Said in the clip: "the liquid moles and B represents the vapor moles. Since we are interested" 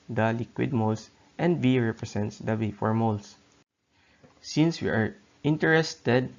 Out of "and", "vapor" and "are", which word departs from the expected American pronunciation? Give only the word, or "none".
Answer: vapor